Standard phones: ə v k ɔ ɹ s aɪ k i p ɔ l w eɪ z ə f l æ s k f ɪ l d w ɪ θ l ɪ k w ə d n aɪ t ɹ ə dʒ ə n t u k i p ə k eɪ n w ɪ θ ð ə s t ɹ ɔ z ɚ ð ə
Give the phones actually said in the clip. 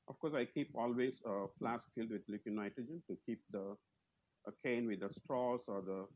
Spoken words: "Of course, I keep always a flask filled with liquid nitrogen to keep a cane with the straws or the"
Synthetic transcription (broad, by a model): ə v k ɔ ɹ s aɪ k i p ɔ l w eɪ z ə f l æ s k f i l d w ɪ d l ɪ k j n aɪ t ə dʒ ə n t u k i p ə k eɪ n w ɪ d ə s t ɹ ɔ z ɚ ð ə